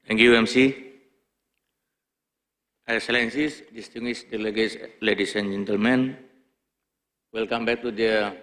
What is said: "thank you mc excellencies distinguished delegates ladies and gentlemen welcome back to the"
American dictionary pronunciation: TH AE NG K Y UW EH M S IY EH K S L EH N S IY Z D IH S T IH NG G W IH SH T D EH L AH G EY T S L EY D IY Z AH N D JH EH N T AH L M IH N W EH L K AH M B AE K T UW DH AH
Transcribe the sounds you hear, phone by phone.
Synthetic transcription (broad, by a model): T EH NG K Y UW EH M S IY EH K S L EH N S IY S D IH S T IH NG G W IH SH D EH L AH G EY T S L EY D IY S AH N JH EH N T AH L M IH N W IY L K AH M B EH K T UW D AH